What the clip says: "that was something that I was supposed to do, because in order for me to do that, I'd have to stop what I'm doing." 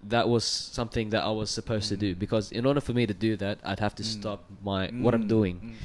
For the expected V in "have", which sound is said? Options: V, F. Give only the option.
F